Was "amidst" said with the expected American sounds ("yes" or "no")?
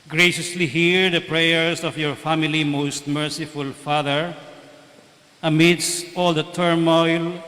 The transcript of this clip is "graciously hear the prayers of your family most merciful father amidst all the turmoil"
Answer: yes